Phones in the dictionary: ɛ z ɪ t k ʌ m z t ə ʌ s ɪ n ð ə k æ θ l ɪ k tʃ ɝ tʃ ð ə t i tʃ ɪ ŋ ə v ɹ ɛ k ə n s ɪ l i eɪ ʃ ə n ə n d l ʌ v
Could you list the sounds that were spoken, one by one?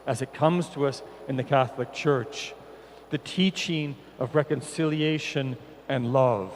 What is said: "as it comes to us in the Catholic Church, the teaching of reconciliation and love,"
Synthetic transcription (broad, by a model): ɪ z ɪ t k ʌ m z t ə ʌ s ɪ n ð ə k æ θ l ɪ k tʃ ɝ tʃ ð ə t i tʃ ɪ ŋ ə v ɹ ɛ k ə n s ɪ l i eɪ ʃ ə n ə n l ʌ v